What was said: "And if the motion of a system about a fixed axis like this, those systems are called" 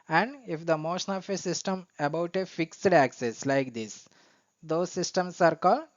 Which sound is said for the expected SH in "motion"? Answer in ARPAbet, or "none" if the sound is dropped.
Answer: SH